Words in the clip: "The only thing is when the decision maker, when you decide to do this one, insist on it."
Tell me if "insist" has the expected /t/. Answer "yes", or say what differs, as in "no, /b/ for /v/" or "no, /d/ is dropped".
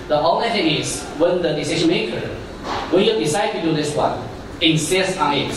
no, /t/ is dropped